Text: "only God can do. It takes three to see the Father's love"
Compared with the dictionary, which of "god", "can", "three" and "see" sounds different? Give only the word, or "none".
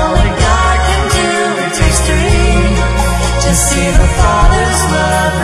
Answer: three